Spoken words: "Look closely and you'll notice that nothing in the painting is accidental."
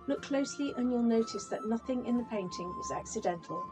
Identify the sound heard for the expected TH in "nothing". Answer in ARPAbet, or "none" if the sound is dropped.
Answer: TH